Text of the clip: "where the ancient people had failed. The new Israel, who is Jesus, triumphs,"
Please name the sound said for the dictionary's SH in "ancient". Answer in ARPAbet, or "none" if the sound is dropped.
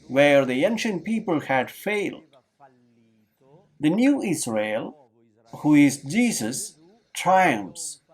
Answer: SH